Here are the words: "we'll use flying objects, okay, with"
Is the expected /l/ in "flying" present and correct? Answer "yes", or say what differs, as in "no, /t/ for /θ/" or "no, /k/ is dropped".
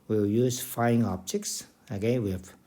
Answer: no, /l/ is dropped